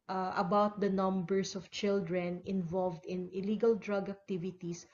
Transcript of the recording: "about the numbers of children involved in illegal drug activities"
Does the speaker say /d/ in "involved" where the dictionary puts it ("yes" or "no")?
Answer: yes